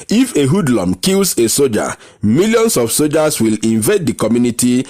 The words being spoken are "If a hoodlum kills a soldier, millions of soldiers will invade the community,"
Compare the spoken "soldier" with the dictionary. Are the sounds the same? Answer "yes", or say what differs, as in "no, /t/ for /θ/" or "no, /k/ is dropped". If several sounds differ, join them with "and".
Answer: no, /l/ is dropped